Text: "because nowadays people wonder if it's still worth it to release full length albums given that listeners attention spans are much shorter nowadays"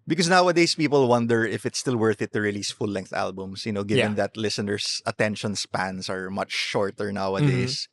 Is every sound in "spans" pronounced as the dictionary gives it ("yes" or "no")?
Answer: no